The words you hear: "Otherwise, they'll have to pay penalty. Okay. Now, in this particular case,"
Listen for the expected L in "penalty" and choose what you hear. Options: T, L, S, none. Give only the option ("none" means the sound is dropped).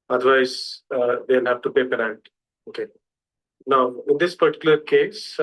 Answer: none